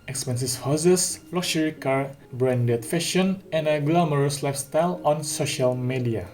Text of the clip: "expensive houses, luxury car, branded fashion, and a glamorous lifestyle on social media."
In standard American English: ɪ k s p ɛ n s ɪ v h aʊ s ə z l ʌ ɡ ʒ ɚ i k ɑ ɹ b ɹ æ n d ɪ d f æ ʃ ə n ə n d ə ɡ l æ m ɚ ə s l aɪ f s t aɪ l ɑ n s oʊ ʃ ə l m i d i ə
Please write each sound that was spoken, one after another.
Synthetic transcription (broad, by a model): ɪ k s p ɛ n s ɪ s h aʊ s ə s l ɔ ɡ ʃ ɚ i k ɑ ɹ b ɹ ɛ n d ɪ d f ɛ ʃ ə n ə n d ə ɡ l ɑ m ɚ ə s l aɪ f s t aɪ l ɑ n s oʊ ʃ ə l m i d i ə